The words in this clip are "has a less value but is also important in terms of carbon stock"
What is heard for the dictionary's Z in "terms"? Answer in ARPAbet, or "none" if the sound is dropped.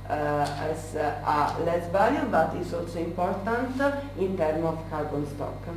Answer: none